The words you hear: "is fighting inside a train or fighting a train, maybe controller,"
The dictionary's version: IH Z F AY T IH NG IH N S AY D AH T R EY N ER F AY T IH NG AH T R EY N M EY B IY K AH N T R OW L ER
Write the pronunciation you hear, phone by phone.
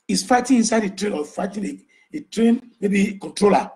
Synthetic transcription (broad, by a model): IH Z F AY T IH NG IH N S AY D AH T R EY N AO F AY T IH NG AH T R EY N M EY B IY K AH N T R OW L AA